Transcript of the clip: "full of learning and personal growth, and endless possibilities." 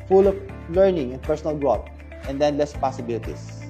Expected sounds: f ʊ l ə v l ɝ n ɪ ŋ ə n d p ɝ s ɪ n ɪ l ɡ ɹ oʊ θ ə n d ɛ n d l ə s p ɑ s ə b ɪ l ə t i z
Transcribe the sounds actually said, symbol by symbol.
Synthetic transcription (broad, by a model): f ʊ l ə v l ɝ n ɪ ŋ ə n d p ɝ s ɪ n ɪ l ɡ ɹ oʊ t ə n d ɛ n l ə s p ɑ s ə b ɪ l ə t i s